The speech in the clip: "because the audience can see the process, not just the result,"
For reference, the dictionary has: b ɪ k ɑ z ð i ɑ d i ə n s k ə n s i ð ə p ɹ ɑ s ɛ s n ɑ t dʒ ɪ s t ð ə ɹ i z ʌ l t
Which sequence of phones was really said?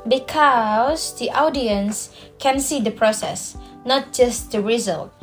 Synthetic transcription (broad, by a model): b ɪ k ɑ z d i ɑ d i ə n s k ə n s i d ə p ɹ ɑ s ɛ s n ɑ t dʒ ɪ s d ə ɹ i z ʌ l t